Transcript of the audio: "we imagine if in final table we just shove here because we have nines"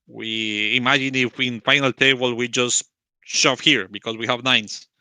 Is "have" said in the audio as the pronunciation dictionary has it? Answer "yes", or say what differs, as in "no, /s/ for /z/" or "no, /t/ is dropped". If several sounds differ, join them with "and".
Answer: yes